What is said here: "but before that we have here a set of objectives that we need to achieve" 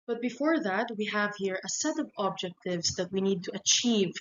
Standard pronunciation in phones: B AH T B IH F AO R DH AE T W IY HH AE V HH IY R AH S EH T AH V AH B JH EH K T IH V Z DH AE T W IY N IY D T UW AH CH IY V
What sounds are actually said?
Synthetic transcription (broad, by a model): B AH T B IH F AO R DH AE T W IY HH AE V HH IY R AH S EH T AH V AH B JH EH K T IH V S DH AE T W IY N IY D T UW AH CH IY V